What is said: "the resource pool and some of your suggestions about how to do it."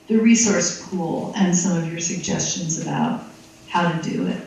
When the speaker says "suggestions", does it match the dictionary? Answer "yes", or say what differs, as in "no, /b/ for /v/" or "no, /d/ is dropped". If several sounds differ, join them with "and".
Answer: yes